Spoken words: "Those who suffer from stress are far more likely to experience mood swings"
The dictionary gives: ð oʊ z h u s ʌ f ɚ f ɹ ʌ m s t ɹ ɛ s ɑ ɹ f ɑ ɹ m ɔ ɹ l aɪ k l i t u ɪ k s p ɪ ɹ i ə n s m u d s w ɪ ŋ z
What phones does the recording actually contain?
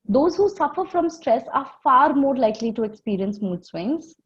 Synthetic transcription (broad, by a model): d oʊ z h u s ʌ f ɚ f ɹ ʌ m s t ɹ ɛ s ɑ ɹ f ɑ ɹ m ɔ ɹ l aɪ k l i t u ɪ k s p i ɹ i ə n s m u d s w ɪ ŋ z